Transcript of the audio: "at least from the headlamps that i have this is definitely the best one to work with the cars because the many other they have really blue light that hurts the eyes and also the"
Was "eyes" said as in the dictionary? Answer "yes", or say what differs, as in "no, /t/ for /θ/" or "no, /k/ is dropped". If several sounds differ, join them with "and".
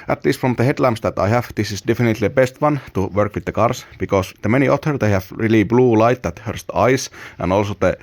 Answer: no, /s/ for /z/